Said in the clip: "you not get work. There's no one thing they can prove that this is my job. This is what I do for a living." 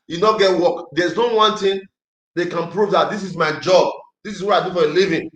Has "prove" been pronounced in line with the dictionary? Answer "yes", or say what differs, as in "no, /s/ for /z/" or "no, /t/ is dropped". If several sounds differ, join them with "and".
yes